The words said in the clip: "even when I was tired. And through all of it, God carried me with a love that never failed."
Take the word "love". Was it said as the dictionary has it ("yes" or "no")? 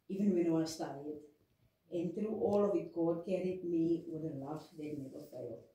no